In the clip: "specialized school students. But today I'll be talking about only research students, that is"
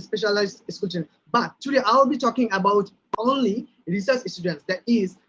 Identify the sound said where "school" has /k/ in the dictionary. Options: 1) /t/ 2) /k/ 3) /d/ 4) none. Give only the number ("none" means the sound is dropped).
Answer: 4